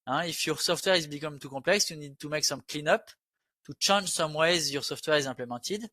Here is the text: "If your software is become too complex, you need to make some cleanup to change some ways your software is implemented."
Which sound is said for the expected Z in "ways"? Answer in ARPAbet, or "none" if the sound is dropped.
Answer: Z